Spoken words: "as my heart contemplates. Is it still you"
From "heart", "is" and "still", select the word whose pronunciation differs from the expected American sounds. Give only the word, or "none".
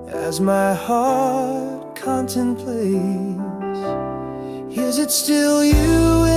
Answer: none